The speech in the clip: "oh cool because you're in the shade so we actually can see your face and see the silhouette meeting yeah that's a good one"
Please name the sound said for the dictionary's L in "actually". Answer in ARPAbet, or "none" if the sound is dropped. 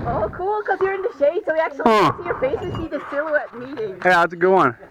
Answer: none